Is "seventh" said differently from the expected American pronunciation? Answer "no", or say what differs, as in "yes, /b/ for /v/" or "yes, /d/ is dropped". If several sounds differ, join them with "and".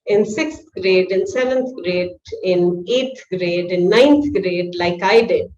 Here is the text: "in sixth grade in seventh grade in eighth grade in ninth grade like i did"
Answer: yes, /t/ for /θ/